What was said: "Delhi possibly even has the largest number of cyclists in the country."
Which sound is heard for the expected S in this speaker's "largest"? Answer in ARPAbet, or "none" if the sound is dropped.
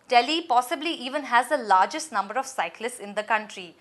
S